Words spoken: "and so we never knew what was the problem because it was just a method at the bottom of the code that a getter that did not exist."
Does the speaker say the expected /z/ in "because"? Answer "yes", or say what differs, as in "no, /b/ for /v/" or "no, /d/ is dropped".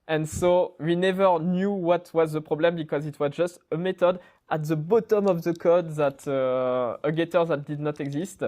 yes